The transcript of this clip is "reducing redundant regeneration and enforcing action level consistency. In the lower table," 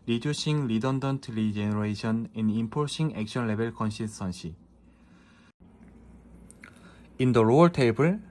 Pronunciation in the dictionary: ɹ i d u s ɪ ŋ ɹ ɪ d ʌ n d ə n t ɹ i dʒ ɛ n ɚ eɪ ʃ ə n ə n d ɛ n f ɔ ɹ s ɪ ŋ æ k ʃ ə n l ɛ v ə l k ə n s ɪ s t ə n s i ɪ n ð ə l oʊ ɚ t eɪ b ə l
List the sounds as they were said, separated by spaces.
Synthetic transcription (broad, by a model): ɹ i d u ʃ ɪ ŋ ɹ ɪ d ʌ n d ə n t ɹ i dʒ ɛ n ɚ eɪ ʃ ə n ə n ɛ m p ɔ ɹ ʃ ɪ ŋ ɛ k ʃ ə n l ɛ b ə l k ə n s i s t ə n ʃ i ɪ n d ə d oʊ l t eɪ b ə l